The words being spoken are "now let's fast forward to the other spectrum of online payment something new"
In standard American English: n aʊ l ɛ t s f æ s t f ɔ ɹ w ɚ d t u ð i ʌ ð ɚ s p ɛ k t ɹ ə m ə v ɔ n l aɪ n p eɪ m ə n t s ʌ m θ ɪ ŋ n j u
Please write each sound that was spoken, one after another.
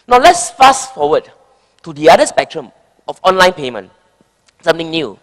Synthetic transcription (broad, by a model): n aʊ l ɛ t s f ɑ s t f ɔ w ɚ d t u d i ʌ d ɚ s p ɛ k t ɹ ə m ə f ɔ n l aɪ n p eɪ m ə n t s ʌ m t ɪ ŋ n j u